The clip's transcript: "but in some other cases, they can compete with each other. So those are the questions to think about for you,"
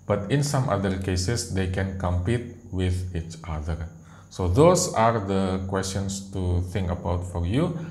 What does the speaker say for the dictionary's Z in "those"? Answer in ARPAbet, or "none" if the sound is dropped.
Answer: S